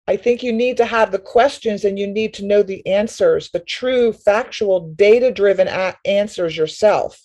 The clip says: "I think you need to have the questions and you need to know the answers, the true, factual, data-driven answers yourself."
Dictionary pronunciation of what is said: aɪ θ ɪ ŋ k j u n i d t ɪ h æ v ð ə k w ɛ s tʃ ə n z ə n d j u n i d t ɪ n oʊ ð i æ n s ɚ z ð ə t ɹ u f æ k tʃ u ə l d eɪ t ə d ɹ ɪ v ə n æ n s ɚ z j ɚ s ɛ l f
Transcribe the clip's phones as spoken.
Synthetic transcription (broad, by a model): aɪ θ ɪ ŋ k j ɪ n i d t ɪ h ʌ v ð ə k w ɛ s tʃ ə n z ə n j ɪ n i d t ɪ n oʊ ð i æ n s ɚ z ð ə t ɹ u f æ k tʃ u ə l d eɪ t ə d ɹ ɪ v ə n æ n s ɚ z j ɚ s ɛ l f